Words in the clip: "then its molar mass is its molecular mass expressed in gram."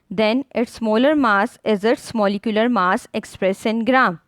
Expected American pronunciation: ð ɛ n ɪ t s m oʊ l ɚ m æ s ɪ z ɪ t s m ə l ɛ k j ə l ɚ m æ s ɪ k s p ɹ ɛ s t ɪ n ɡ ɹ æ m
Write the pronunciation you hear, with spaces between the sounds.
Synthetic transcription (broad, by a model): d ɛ n ɪ t s m oʊ l ɚ m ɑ s ɪ z ɪ t s m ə l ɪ k j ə l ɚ m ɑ s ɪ k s p ɹ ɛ s ɪ n ɡ ɹ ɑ m